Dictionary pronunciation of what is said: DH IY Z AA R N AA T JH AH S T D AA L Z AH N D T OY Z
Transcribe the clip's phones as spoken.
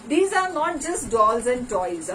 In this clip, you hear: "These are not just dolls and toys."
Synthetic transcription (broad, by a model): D IY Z AA R N AA T JH AH S T D AA L Z AH N D T OY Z